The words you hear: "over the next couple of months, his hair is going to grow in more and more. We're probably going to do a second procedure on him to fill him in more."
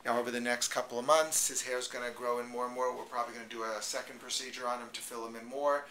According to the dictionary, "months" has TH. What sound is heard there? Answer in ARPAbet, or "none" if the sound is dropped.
TH